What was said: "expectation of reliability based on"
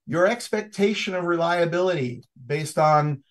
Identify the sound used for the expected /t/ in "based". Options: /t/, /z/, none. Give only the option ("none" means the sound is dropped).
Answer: /t/